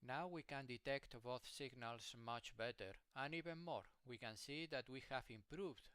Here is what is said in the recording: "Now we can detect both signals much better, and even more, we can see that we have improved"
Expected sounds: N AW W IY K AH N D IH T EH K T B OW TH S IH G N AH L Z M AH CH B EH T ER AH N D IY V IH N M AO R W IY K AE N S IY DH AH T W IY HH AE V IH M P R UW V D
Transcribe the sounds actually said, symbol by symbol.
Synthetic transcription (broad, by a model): N AW W IY K AH N D IH T EH K T B OW TH S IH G N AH L S M AH CH B EH T ER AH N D IY V IH N M AO R W IY K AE N S IY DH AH T W IY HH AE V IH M P R UW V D